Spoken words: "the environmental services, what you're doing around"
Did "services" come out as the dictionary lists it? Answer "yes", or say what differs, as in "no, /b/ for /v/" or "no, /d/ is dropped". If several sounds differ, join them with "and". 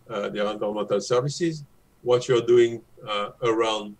yes